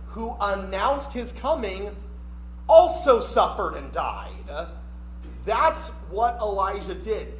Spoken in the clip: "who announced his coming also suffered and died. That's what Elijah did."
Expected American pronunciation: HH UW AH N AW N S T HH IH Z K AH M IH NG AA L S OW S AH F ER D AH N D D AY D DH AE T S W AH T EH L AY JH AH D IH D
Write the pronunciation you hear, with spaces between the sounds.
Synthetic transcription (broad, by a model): HH UW AH N AW N S T HH IH Z K AH M IH NG AA L S OW S AH F ER D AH N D D AY D DH AE T S W AH T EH L AY ZH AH D IH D